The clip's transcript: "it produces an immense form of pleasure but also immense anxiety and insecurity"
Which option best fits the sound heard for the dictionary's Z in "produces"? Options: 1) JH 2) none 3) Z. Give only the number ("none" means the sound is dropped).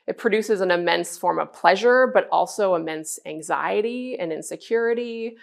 3